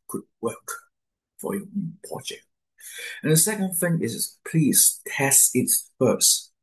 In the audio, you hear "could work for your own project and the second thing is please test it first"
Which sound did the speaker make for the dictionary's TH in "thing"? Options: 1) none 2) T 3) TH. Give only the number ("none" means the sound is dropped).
3